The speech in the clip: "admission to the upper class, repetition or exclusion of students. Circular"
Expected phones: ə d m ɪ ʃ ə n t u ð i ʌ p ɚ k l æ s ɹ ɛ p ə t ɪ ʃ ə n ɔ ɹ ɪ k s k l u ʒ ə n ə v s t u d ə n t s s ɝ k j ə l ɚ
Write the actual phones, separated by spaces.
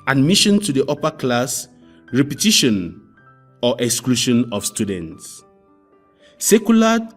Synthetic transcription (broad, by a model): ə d m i ʃ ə n t u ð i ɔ p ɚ k l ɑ s ɹ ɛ p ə t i ʃ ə n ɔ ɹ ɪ k s k l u ʃ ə n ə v s t u d ə n t s s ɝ k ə l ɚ